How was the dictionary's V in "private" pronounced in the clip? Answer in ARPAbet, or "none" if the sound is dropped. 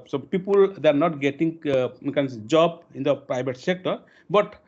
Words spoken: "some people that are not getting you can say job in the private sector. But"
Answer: B